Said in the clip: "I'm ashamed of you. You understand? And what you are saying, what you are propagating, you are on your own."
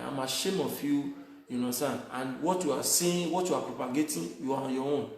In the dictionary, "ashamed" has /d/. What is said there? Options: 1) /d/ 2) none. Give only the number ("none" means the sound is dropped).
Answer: 2